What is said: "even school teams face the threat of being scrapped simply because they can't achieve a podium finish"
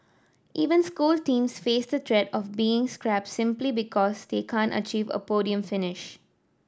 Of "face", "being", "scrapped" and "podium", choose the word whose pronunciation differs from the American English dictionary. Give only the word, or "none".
none